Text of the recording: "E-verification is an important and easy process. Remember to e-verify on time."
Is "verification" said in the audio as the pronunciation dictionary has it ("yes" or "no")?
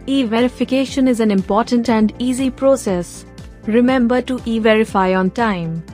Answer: yes